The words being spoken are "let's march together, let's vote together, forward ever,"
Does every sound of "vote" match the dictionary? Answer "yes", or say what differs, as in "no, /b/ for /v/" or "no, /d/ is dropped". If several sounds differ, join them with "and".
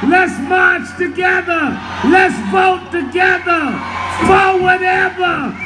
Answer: no, /b/ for /v/